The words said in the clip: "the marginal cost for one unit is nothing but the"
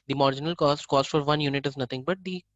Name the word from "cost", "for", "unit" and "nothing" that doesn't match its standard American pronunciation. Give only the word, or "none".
nothing